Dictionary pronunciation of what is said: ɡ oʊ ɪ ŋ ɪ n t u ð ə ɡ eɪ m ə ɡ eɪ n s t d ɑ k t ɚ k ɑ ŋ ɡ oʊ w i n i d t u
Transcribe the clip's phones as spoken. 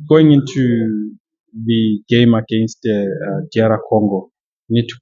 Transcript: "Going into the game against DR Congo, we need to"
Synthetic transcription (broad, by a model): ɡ oʊ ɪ ŋ ɪ n t u ð ə ɡ eɪ m ə ɡ eɪ n s t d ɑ t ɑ k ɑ ŋ ɡ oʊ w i n i d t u